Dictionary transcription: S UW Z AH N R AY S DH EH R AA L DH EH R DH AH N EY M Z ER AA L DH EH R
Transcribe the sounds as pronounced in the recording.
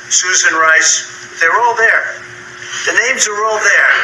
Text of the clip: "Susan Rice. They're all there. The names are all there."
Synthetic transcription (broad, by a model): S UW Z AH N R AY S DH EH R AA L DH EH R DH AH N EY M Z ER AA L DH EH R